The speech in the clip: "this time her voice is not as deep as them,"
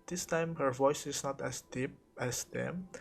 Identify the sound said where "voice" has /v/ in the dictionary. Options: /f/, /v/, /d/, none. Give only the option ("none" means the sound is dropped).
/v/